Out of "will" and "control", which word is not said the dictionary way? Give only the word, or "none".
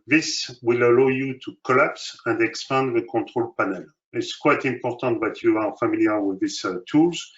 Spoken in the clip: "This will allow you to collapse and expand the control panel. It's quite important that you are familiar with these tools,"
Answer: control